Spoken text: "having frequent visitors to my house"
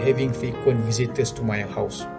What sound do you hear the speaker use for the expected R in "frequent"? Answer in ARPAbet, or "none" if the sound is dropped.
none